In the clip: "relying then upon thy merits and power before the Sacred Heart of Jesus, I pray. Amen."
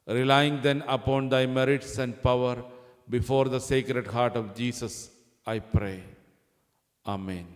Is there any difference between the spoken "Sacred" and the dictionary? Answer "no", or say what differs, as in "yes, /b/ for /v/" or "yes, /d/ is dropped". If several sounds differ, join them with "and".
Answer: no